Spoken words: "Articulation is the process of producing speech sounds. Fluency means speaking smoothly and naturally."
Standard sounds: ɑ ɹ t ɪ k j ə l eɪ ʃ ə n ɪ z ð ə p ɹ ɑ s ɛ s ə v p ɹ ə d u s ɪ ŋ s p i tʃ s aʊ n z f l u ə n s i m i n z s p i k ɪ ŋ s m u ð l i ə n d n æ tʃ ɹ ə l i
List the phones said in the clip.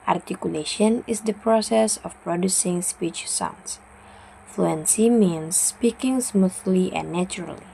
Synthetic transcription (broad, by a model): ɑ ɹ t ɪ k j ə l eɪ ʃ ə n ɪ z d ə p ɹ ɑ s ɛ s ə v p ɹ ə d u s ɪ ŋ s p i tʃ s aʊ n s f l u ə n s i m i n s p i k ɪ ŋ s m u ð l i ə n n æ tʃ ɹ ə l i